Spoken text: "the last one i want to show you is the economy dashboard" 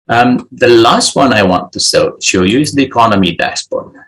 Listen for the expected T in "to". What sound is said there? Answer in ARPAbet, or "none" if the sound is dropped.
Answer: S